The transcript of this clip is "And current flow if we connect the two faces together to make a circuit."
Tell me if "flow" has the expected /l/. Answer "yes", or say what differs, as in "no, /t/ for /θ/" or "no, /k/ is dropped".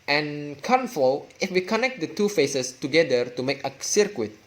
no, /l/ is dropped